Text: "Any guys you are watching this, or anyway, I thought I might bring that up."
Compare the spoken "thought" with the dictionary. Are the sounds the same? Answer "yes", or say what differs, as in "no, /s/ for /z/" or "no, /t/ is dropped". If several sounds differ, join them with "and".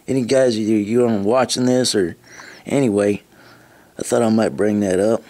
yes